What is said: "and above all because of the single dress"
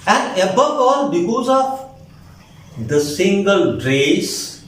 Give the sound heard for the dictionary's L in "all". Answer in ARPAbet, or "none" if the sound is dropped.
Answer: L